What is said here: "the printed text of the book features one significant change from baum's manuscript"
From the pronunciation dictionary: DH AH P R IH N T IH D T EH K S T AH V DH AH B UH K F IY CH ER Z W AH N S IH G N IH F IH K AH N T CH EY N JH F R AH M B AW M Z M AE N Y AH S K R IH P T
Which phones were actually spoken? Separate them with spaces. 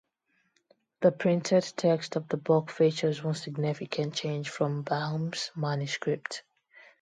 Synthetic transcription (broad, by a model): DH AH P R IH N T IH D T EH K S T AH V DH AH B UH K F IY CH ER Z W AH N S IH G N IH F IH K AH N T CH EY N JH F R AH M B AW M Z M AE N Y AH S K R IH P T